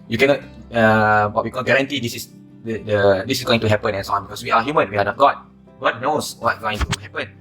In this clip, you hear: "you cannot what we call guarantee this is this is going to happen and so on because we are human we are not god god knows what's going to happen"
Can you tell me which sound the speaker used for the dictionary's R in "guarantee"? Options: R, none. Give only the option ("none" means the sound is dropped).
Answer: R